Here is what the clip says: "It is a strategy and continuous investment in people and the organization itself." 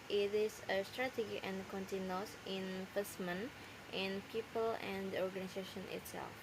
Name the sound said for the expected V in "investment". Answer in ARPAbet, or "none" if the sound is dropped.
F